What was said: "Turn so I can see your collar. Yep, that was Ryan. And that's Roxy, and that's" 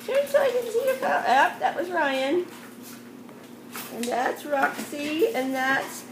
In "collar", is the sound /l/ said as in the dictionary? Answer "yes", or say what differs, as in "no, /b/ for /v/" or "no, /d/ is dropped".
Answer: no, /l/ is dropped